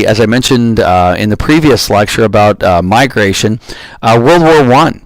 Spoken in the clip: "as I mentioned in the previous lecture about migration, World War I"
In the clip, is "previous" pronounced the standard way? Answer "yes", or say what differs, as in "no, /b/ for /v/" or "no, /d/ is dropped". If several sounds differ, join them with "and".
yes